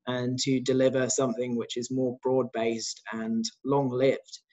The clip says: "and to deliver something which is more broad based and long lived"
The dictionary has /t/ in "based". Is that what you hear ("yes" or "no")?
yes